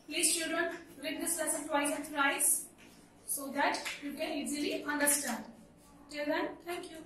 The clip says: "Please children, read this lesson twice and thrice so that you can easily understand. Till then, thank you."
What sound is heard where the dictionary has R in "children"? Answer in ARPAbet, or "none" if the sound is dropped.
none